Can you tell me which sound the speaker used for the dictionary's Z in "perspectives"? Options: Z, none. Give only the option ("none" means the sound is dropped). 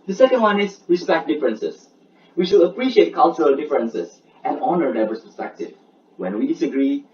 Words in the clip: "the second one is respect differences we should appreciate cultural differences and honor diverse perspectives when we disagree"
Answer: none